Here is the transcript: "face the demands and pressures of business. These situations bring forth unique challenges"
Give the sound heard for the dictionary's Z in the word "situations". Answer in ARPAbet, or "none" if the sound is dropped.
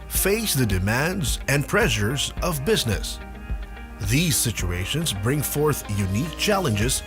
Z